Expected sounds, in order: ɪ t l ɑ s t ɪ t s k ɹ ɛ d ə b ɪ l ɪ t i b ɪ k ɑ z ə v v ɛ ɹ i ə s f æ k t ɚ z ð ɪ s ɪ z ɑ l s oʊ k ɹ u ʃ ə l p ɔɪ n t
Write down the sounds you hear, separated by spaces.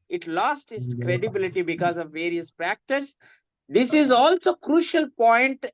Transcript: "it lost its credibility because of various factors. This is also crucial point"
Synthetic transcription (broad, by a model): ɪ t l ɑ s t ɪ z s k ɹ ɛ d ə b ɪ l ɪ t i b ɪ k ɑ z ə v v ɛ ɹ i ə s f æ k t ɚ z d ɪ s ɪ z ɑ l s oʊ k ɹ u ʃ ə l p ɔɪ n t